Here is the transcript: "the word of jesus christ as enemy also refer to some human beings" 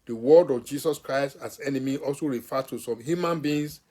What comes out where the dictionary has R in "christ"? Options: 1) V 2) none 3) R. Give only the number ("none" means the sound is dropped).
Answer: 3